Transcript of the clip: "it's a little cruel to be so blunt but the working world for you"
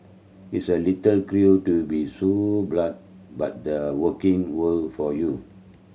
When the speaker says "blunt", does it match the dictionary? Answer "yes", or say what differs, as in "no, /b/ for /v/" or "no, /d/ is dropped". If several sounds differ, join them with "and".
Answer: no, /n/ is dropped